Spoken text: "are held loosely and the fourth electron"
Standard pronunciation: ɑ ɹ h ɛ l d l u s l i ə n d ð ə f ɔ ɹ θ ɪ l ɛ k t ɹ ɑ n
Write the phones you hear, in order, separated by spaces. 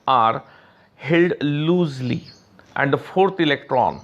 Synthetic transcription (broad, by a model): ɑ ɹ h ɛ l d l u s l i ə n d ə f ɔ ɹ t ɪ l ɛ k t ɹ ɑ n